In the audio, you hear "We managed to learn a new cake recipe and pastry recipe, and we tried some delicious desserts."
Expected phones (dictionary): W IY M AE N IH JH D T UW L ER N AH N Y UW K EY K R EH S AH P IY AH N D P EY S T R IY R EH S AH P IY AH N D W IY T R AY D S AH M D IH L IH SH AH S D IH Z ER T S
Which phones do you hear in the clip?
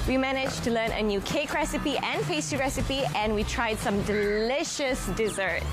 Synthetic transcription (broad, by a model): W IY M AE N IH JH T UW L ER N AH N Y UW K EY K R EH S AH P IY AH N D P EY S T IY R EH S AH P IY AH N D W IY T R AY D S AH M D IH L IH SH AH S D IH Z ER T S